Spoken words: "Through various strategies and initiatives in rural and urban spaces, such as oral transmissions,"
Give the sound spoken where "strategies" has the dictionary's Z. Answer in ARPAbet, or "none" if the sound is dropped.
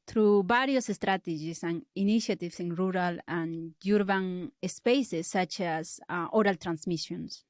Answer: S